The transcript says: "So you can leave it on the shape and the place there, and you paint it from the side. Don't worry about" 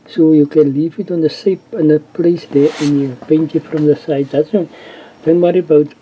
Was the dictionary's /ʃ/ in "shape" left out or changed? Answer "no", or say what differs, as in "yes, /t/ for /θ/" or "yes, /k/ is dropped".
yes, /s/ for /ʃ/